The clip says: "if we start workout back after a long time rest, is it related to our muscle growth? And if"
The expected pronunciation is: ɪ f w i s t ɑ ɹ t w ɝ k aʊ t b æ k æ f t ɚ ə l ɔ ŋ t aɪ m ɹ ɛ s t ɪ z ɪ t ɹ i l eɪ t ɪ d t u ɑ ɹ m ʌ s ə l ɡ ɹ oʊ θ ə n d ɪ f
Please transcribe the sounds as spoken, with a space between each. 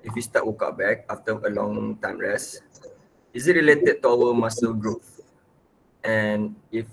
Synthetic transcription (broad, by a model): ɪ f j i s t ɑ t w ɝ k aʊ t b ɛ k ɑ f t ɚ ə l ɔ ŋ t aɪ m ɹ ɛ s ɪ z ɪ t ɹ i l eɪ t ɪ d t u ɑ w m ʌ s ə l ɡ ɹ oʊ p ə n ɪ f